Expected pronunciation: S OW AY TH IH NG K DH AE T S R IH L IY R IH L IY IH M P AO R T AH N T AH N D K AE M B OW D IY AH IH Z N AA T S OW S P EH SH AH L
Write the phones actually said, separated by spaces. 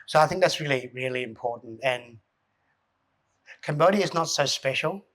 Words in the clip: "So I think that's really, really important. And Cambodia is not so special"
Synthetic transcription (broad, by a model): S OW AY TH IH NG K DH AE T S R IH L IY R IH L IY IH M P AO R T N T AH N K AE M B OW D IY IH Z N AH T S OW S P EH SH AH L